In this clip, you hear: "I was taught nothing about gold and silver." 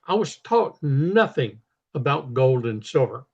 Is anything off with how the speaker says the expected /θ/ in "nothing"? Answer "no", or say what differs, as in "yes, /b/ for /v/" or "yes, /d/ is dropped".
no